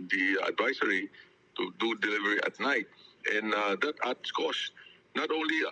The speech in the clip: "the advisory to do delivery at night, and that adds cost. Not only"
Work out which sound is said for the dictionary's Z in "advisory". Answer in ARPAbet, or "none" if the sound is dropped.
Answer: S